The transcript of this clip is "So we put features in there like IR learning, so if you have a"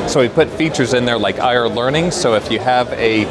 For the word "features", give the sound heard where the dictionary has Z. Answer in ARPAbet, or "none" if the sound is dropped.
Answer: Z